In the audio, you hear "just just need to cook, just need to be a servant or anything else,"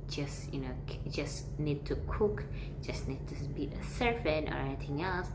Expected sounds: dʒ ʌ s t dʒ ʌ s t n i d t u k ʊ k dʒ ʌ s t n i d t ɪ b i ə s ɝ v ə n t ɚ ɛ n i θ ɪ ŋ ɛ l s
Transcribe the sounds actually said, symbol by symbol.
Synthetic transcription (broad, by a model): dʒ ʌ s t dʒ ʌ s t n i d t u k ʊ k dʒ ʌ s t n i d t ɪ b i ə s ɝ f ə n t ɚ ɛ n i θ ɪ ŋ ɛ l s